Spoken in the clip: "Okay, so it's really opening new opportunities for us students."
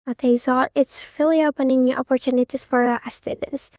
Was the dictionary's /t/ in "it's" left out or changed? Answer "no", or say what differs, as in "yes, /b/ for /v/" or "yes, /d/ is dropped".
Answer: no